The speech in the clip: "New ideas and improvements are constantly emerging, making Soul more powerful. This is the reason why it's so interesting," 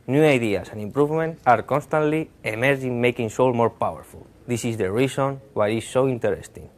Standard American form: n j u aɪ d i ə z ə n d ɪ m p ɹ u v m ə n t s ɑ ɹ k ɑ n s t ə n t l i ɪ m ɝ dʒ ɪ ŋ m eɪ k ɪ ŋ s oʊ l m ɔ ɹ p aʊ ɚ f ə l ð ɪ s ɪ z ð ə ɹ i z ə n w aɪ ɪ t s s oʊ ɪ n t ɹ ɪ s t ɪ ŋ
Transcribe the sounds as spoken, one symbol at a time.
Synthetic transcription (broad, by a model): n j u aɪ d i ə s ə n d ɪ m p ɹ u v m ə n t ɑ ɹ k ɑ n s t ə n t l i ɪ m ɝ dʒ ɪ ŋ m eɪ k ɪ ŋ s oʊ l m ɔ ɹ p aʊ ɚ f ə l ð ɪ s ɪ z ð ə ɹ i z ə n w aɪ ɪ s s oʊ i n t ɹ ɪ s t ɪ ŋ